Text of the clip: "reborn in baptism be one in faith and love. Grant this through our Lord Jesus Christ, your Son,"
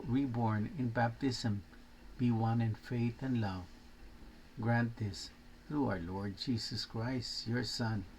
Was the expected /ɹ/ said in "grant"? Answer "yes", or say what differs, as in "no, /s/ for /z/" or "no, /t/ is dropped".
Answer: yes